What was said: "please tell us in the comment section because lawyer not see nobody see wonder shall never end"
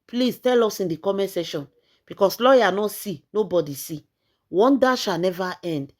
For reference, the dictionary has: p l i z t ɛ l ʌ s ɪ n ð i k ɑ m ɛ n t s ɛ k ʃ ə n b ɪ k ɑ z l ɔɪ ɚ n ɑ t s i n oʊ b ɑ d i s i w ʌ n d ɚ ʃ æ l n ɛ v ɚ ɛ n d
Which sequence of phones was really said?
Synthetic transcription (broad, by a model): p l i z t ɛ l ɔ s ɪ n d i k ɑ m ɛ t s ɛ ʃ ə n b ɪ k ɑ s l ɔɪ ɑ n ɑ s i n oʊ b ɑ d i s i w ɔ n d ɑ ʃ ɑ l n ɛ v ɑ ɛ n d